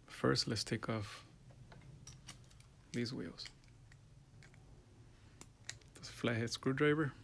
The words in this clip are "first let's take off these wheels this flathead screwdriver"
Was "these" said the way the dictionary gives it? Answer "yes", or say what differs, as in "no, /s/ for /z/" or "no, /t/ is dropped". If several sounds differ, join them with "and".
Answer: yes